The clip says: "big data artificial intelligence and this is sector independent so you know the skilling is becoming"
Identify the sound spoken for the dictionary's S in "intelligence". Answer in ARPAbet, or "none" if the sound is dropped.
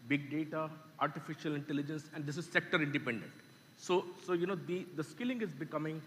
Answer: S